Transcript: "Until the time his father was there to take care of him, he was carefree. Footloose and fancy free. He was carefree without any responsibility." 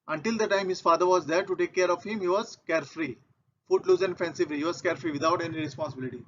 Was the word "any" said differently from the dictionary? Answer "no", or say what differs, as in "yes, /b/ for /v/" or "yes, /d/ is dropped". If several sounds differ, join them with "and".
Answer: no